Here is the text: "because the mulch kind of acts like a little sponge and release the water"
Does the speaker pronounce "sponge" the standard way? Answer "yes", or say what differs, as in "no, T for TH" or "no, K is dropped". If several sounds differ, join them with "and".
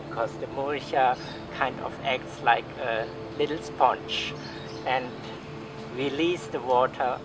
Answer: no, CH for JH